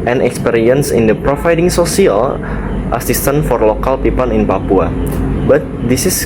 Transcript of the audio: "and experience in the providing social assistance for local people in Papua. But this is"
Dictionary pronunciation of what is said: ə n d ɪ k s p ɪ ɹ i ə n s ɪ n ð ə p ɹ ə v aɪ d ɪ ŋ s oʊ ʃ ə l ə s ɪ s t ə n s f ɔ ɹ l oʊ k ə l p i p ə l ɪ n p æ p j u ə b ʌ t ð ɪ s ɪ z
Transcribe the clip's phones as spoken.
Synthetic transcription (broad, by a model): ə n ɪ k s p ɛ ɹ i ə n s ɪ n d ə p ɹ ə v aɪ d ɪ ŋ s oʊ s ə l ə s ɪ s t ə n f ɔ ɹ l oʊ k ə l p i p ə n ɪ n p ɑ p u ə b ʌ t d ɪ s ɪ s